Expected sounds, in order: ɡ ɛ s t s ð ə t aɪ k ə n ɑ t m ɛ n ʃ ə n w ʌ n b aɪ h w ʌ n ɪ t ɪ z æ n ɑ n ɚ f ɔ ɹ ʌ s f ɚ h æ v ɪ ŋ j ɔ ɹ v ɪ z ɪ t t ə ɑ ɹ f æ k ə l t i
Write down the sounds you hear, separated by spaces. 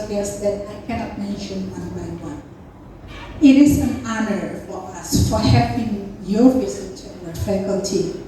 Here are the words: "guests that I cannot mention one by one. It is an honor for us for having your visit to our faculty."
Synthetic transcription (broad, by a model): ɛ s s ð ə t aɪ k ə n ɑ t m ɛ n ʃ ə n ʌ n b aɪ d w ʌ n ɪ t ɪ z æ n ɑ n ɚ f ɔ ɹ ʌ s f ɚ h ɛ p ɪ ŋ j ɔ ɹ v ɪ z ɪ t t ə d f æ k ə l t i